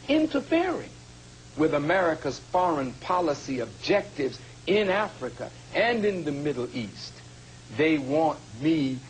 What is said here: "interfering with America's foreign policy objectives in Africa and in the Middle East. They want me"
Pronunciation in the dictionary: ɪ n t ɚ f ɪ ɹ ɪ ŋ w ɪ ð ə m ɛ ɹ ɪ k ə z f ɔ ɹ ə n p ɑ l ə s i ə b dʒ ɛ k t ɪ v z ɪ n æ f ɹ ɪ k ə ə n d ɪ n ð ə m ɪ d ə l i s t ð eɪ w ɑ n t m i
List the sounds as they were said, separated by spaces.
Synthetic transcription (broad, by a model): ɪ n t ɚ f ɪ ɹ ɪ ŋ w ɪ ð ə m ɛ ɹ ɪ k ə z f ɔ ɹ ə n p ɑ l ə s i ə b dʒ ɛ k t ɪ v z ɪ n æ f ɹ ɪ k ə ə n ɪ n ð ə m ɪ d l i s t ð eɪ w ɑ n t m i